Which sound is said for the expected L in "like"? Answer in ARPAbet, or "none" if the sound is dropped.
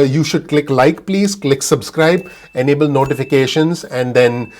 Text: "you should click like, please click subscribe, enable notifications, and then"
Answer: L